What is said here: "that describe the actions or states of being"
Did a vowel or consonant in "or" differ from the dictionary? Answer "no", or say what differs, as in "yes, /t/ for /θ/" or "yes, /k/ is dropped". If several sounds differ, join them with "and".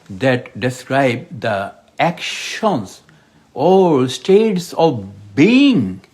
yes, /l/ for /ɹ/